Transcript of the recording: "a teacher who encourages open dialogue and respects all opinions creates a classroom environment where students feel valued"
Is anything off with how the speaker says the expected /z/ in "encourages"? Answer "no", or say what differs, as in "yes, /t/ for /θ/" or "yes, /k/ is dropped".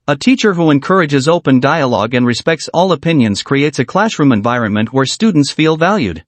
no